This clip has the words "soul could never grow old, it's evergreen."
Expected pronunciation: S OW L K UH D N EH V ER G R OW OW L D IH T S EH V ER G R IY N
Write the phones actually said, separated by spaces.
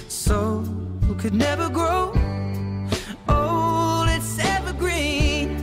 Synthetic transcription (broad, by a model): S OW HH K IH D N EH V ER G R OW OW L IH T S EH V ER G R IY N